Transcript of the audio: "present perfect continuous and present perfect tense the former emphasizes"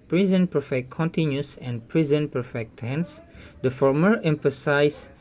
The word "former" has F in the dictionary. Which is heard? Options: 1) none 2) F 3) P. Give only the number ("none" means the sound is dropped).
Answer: 2